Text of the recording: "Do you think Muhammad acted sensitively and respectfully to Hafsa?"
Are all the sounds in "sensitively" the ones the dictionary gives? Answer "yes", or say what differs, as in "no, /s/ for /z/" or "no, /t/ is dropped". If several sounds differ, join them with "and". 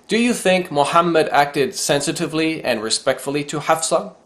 yes